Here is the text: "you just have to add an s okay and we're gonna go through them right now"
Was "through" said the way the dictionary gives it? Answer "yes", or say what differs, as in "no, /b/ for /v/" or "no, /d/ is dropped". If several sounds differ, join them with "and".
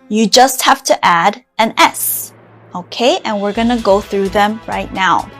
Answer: yes